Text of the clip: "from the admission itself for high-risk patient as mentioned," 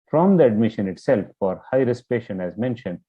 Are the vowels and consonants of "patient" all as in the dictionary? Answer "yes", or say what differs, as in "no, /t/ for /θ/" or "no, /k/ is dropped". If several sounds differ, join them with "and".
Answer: no, /t/ is dropped